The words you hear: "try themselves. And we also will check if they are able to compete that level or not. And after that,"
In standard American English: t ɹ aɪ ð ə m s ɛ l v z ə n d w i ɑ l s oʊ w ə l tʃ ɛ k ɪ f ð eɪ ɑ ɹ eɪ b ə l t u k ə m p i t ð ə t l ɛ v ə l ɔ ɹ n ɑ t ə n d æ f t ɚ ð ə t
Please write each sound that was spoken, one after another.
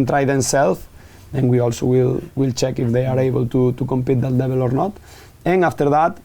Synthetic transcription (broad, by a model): t ɹ aɪ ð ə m s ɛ l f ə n w i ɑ l s oʊ w ə l tʃ ɛ k ɪ f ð eɪ ɑ ɹ eɪ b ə l t u k ə m p i t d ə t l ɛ b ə l ɔ ɹ n ɑ t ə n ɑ f t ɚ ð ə t